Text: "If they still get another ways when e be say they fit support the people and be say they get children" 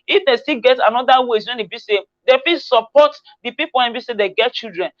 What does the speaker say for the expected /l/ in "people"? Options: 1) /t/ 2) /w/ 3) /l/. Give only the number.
2